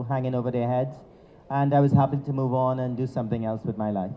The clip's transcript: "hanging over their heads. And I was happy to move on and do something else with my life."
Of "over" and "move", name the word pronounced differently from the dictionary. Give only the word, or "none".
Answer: none